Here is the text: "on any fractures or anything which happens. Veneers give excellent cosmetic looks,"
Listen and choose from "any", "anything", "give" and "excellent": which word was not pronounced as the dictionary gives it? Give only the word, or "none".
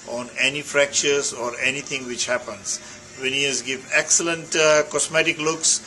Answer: anything